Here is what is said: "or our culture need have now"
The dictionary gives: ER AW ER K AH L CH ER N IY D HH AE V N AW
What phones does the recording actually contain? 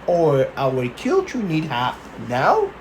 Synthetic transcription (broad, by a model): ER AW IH K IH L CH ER N IY D HH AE P N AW